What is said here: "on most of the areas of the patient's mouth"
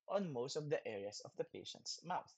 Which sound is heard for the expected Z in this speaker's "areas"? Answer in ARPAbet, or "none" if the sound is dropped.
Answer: S